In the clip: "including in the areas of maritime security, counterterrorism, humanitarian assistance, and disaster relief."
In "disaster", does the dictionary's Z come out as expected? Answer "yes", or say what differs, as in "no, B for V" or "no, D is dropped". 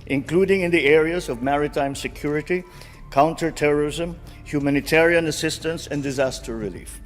yes